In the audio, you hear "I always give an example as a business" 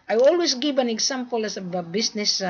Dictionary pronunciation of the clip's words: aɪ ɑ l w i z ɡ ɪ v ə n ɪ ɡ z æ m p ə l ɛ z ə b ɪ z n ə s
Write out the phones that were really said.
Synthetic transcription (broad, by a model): aɪ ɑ l w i s ɡ ɪ v ə n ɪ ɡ s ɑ m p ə l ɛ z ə b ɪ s n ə s